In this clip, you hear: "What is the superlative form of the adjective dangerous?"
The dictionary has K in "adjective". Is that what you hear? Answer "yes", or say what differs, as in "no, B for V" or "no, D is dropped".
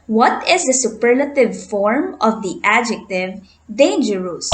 yes